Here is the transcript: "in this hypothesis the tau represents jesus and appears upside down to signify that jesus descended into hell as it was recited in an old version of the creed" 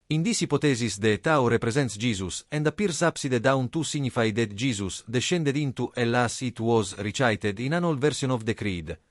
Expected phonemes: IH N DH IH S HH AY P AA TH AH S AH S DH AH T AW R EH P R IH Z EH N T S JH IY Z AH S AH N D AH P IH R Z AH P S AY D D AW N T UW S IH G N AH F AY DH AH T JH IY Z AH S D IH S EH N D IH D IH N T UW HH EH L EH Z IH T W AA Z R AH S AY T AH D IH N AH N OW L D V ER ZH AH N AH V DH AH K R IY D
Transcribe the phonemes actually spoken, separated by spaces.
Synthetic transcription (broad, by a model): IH N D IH S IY P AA T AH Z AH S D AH T AW R EH P R IH Z EH N T S JH IY Z AH S AH N D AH P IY R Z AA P S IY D D AW N T UW S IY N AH F AY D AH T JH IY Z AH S D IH SH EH N D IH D IH N T UW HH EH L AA S IH T W AA Z R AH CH AY T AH D IH N AH N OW L V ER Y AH N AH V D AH K R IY D